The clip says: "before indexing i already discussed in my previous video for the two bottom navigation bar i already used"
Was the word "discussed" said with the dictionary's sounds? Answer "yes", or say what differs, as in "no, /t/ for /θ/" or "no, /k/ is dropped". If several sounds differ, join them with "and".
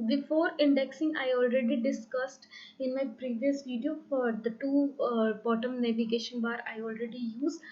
yes